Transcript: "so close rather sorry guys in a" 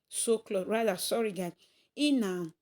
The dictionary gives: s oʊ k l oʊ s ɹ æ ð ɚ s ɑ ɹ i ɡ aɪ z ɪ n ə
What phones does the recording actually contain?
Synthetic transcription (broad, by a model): s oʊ k l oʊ ɹ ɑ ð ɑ s ɑ ɹ i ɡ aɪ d ɪ n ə